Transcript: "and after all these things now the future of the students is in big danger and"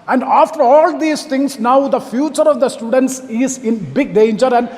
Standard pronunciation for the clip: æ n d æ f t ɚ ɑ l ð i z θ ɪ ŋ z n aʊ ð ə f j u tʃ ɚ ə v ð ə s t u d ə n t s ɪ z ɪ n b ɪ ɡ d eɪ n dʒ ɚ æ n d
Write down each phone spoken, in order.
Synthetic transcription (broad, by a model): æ n d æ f t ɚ ɑ l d i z t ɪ ŋ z n aʊ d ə f j u tʃ ɚ ə v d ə s t u d ə n t s ɪ z ɪ n b ɪ ɡ d eɪ n dʒ ɚ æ n d